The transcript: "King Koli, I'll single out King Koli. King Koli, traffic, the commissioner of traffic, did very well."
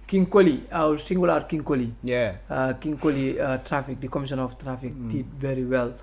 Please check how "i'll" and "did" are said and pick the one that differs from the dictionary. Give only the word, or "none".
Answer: i'll